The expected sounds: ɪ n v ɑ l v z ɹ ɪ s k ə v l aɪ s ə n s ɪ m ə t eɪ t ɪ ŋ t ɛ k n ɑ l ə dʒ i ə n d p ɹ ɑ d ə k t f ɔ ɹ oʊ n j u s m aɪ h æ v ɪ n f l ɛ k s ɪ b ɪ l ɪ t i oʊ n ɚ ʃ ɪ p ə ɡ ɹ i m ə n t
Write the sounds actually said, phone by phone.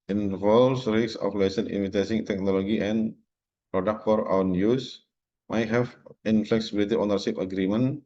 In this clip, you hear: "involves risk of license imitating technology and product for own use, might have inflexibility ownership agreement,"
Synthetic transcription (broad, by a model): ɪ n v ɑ l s ɹ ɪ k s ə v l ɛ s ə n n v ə t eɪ s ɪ ŋ t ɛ k n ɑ l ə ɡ i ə n p ɹ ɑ d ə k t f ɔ ɹ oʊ n j u s m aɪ h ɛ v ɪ n f l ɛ k s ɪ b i l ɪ t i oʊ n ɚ s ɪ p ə ɡ ɹ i m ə n